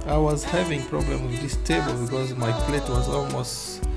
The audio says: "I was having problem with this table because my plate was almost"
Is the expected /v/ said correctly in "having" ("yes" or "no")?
yes